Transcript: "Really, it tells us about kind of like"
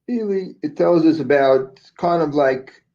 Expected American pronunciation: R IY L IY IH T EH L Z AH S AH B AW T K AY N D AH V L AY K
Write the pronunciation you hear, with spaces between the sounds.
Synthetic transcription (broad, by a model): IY L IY IH T EH L Z AH S AH B AW T K AY N D AH V L AY K